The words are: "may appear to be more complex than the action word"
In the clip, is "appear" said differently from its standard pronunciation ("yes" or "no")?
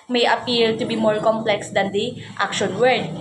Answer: yes